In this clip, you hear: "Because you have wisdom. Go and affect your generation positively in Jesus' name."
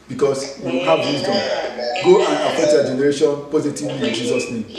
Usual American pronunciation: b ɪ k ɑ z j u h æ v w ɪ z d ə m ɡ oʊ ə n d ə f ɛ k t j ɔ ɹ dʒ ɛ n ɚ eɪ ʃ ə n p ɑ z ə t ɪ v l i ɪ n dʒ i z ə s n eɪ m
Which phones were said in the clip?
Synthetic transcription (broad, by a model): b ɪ k ɑ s j u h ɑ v w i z d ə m ɡ oʊ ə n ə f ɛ t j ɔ dʒ ɛ n ɚ eɪ ʃ ə n p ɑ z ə t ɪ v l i ɪ n dʒ i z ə s n eɪ m